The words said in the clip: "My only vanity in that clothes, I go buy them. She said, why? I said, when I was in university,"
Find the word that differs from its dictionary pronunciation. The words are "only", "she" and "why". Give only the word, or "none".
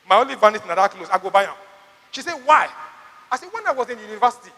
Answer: only